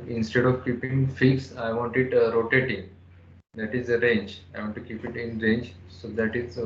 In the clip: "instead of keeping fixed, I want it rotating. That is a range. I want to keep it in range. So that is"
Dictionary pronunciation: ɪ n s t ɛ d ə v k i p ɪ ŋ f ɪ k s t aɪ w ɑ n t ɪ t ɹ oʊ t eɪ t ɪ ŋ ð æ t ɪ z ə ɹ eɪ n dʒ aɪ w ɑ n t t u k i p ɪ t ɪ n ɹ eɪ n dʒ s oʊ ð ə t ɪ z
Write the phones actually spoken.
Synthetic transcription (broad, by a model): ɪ n s t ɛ d ə v k i p ɪ ŋ f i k s aɪ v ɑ n t ɪ t ɹ oʊ t eɪ t ɪ ŋ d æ t ɪ z ə ɹ eɪ n dʒ aɪ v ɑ n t t u k i p ɪ t ɪ n ɹ eɪ n dʒ s oʊ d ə t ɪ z